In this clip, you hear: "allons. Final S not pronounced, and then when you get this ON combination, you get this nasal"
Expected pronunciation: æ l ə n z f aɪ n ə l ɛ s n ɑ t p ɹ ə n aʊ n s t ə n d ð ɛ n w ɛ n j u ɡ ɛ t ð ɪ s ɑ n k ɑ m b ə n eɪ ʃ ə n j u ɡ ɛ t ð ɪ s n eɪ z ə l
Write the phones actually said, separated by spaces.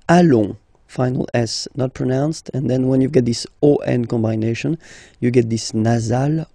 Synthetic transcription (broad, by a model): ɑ l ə f aɪ n ə l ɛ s n ɑ t p ɹ ə n aʊ n s t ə n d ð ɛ n w ɛ n j u ɡ ɛ t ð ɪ s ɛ n k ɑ m b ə n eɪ ʃ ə n j u ɡ ɛ t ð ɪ s n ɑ z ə l